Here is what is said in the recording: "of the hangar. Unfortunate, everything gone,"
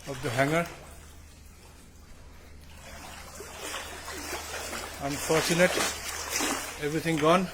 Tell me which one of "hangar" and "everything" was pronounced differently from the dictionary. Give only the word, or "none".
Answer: everything